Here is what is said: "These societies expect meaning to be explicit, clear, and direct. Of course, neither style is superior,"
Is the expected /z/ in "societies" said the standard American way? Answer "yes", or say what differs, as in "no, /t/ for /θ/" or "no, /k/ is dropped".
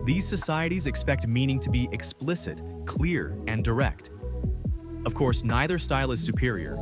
yes